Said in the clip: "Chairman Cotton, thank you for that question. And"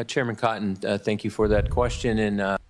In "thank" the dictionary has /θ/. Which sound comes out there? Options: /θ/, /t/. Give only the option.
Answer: /θ/